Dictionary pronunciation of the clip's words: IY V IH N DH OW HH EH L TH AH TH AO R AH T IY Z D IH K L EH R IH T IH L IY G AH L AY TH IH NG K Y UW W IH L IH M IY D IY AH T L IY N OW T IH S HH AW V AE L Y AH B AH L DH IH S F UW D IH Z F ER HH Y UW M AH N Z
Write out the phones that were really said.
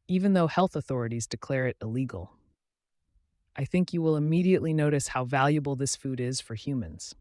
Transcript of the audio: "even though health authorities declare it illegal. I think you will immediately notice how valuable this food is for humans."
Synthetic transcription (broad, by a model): IY V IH N DH OW HH EH L TH AH TH AO R AH T IY Z D IH K L EH R IH T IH L IY G L AY TH IH NG K Y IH W IH L IH M IY D IY AH T L IY N OW T IH S HH AW V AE L Y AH B L DH IH S F UW D IH Z F ER HH Y UW M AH N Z